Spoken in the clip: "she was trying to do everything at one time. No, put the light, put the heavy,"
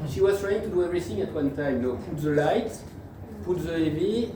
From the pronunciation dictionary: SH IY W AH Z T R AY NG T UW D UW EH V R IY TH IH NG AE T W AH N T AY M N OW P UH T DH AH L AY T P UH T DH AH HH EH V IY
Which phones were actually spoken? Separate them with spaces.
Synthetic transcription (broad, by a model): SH IY W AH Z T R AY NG T UW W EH R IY S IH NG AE T W AH N T AY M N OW P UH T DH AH L AY T P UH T DH AH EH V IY